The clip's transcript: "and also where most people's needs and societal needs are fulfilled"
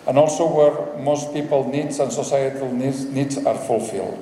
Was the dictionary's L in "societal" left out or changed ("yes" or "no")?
yes